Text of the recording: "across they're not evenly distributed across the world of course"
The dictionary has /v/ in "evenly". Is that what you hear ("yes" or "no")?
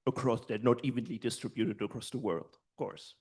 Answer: yes